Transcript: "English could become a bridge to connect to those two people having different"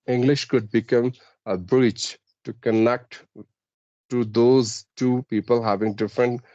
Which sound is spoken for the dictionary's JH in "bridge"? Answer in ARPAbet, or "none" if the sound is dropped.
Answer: CH